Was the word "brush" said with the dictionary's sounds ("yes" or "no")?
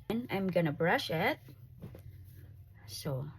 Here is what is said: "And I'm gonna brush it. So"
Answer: yes